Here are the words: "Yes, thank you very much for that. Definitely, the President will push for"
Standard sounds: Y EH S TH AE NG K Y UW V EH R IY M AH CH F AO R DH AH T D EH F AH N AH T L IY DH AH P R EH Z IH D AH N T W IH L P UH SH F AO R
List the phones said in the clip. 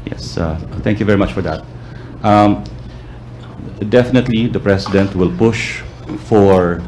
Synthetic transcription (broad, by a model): Y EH S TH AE NG K Y UW V EH R IY M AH CH F AO R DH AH T D EH F AH N AH T L IY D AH P R EH S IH D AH N T W IH L P UH SH F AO R